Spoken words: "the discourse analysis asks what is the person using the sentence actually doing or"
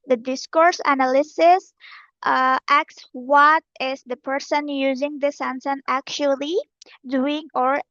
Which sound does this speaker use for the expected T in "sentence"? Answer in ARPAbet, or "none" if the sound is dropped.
S